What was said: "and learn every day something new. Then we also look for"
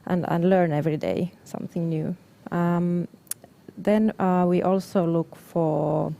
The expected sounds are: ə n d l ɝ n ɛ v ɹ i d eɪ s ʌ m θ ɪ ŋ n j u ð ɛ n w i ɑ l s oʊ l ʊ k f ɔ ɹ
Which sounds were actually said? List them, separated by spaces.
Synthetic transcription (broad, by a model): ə n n l ɝ n ɛ v ɹ i d eɪ s ʌ m θ ɪ ŋ n j u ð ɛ n w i ɑ l s oʊ l ʊ k f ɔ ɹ